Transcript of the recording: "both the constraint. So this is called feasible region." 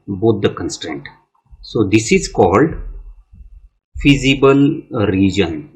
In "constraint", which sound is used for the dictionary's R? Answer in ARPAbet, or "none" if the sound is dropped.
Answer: R